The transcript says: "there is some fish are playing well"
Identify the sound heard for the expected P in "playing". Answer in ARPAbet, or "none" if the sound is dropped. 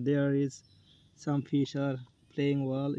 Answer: P